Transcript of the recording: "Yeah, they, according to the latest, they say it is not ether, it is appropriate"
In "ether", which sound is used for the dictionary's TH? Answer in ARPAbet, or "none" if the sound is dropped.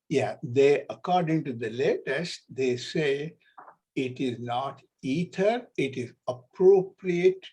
T